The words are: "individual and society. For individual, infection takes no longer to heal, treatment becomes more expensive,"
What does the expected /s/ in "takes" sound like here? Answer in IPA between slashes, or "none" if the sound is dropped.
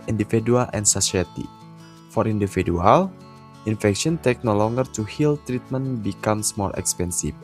none